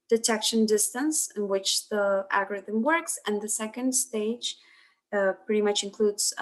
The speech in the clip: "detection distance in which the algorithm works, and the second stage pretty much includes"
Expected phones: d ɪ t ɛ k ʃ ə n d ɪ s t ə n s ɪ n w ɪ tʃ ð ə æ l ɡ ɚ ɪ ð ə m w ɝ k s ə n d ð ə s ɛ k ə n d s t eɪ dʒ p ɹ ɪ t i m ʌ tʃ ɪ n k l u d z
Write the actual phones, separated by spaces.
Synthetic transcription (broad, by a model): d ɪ t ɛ k ʃ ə n d ɪ s t ə n s ɪ n w ɪ tʃ ð ə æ ɡ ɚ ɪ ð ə m w ɝ k s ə n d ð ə s ɛ k ə n d s t eɪ dʒ p ɹ ɪ t i m ʌ tʃ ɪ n k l u d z